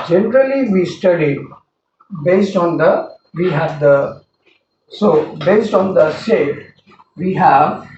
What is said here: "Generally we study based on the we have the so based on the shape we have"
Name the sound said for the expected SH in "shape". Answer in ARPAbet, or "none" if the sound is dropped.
S